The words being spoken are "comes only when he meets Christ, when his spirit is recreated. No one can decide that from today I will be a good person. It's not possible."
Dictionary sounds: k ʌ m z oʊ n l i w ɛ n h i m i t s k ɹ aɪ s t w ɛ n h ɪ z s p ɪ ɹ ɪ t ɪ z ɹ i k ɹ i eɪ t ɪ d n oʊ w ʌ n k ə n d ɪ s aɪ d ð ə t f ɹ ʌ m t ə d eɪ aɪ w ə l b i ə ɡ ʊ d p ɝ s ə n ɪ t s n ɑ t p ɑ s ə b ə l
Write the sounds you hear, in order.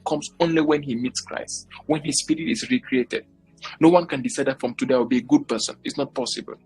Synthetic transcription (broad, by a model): k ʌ m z oʊ n l i w ɛ n h i m i t s k ɹ aɪ s t w ɛ n h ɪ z s p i ɹ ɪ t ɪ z ɹ i k ɹ i eɪ t ɪ d n oʊ w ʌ n k ə n d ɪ s aɪ d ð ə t f ɹ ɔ m t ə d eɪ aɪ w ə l b i ə ɡ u d p ɝ s ə n ɪ t s n ɑ t p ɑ s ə b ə l